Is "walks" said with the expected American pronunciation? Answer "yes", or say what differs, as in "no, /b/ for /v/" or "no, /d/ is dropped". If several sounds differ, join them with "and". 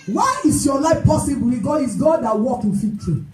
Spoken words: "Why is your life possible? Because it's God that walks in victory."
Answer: no, /s/ is dropped